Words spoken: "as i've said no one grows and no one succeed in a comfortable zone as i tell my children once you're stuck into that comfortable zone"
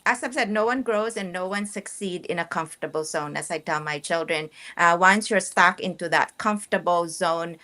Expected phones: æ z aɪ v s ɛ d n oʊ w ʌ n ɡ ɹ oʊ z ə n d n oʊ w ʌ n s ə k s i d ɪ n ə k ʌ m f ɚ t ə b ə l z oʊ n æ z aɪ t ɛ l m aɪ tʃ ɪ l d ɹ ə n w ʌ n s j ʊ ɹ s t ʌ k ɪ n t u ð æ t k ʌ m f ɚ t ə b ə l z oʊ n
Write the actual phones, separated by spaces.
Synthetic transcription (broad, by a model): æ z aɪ b s ɛ d n oʊ w ʌ n ɡ ɹ oʊ z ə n n oʊ w ʌ n s ə k s i d ɪ n ə k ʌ m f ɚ t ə b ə l z oʊ n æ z aɪ t ɛ l m aɪ tʃ ɪ l d ɹ ə n w ʌ n s j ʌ ɹ s t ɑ k ɪ n t u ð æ t k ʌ m f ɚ t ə b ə l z oʊ n